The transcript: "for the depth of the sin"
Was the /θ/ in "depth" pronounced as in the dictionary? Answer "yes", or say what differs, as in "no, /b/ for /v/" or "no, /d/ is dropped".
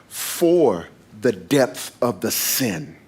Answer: yes